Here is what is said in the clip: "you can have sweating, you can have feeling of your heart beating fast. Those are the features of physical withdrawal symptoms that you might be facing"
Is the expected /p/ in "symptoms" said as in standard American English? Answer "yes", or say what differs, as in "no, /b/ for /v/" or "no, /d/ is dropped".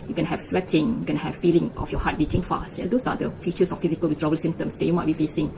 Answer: no, /p/ is dropped